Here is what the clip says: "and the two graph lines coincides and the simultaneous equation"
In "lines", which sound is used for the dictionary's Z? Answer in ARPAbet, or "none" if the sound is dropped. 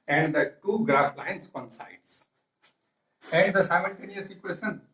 S